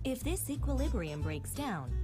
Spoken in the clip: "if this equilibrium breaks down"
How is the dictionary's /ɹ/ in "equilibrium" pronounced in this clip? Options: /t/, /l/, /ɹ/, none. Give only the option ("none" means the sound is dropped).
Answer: /ɹ/